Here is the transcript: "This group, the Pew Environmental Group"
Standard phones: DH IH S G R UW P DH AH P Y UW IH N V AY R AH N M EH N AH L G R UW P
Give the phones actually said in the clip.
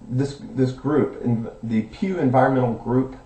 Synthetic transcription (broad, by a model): DH IH S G R UW P DH AH P Y UW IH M V AY R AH N M EH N L G R UW P